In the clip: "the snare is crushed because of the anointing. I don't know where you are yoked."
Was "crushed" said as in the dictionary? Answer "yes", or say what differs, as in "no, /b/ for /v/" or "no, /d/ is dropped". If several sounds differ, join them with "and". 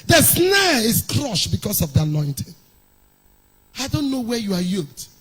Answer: yes